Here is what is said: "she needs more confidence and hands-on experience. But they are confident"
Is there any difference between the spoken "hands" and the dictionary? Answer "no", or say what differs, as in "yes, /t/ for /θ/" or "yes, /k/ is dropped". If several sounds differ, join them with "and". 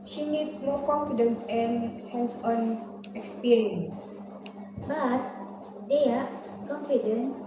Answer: yes, /s/ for /z/